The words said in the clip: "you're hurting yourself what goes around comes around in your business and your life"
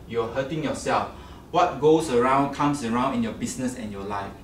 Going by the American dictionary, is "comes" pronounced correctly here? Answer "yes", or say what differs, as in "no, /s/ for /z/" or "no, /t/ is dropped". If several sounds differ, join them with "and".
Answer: no, /s/ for /z/